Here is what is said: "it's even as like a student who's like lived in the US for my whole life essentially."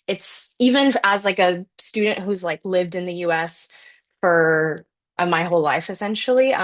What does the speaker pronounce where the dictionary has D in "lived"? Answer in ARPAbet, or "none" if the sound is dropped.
D